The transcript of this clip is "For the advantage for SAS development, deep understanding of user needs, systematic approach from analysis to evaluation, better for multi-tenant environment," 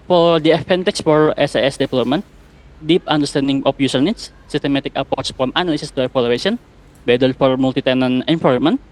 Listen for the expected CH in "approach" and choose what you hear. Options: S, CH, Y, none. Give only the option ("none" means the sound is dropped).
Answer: S